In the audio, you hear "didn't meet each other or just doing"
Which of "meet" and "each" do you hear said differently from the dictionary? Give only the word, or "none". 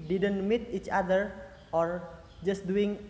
none